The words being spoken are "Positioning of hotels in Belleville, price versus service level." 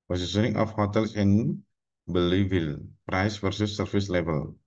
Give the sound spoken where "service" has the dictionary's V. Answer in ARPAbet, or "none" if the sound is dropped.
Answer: F